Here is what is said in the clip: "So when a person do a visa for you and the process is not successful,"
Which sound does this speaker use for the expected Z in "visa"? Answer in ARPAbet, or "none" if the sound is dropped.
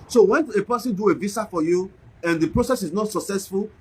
S